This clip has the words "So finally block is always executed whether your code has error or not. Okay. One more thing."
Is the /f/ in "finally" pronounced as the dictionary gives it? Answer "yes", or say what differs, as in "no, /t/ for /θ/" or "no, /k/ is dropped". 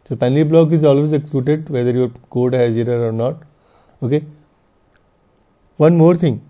no, /p/ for /f/